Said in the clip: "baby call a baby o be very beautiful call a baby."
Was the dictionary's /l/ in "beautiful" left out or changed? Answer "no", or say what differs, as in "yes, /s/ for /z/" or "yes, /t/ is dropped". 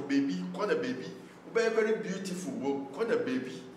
yes, /w/ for /l/